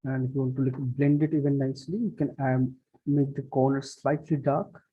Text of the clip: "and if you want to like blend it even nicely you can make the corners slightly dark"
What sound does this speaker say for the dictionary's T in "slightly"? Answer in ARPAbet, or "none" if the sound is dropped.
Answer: T